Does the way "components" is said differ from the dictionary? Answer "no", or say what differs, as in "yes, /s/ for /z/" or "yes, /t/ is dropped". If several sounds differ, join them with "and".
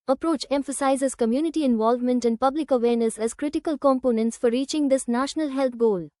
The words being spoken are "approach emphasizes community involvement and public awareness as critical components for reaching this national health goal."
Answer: no